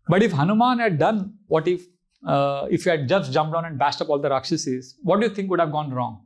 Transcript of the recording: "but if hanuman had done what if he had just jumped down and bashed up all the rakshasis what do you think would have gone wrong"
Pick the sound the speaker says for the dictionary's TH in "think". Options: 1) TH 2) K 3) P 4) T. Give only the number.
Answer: 4